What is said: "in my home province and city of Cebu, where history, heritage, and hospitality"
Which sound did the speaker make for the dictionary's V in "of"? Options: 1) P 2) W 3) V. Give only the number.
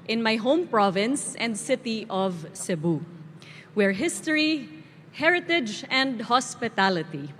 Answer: 3